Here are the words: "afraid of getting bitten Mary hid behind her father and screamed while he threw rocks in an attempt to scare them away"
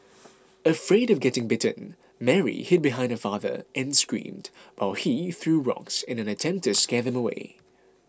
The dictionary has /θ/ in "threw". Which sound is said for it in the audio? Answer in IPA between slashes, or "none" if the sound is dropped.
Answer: /θ/